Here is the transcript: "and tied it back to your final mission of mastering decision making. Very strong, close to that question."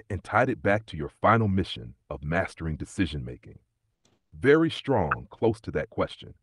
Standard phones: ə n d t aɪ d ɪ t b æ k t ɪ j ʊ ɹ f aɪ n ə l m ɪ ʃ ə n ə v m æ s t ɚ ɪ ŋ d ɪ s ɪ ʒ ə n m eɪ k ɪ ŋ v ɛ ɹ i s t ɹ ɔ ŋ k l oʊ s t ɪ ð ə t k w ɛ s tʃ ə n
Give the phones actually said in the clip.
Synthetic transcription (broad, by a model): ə n t aɪ d ɪ t b æ k t ɪ j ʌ ɹ f aɪ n l m ɪ ʃ ə n ə v m æ s t ɚ ɪ ŋ d ɪ s ɪ ʒ ə n m eɪ k ɪ ŋ v ɛ ɹ i s t ɹ ɔ ŋ k l oʊ s t ɪ ð ə t k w ɛ s tʃ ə n